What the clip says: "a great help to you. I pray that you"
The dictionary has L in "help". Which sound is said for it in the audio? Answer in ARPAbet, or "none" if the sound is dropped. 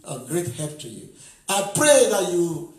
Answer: none